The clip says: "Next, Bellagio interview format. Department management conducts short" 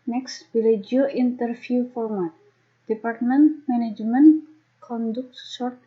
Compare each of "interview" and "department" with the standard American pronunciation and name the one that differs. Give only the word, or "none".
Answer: interview